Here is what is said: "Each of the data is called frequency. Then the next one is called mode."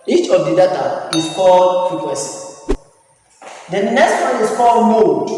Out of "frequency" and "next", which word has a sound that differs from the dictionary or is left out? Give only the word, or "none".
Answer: frequency